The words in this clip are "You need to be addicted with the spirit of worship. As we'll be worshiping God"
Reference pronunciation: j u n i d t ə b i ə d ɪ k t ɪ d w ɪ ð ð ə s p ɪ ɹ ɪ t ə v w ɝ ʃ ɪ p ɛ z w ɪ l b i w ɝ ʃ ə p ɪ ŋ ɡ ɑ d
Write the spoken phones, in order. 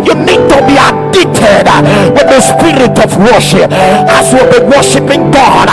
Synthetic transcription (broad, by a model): j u n i d t ə b i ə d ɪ t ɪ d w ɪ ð ð ə s p ɪ ɹ ɪ t ə v w ɝ ʃ ɪ p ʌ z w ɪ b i w ɝ ʃ ə p ɪ ŋ ɡ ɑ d